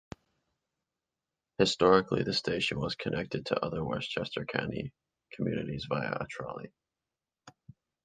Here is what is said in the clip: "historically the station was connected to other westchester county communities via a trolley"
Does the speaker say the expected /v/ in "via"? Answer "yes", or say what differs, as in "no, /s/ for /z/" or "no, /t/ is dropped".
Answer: yes